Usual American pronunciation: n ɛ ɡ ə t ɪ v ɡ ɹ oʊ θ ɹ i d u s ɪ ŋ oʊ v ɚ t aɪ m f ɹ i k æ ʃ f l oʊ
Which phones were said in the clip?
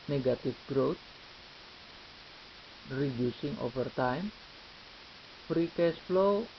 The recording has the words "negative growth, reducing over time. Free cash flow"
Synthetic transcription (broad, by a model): n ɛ ɡ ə t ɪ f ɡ ɹ oʊ t ɹ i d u s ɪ ŋ oʊ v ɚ t aɪ m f ɹ i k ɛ s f l oʊ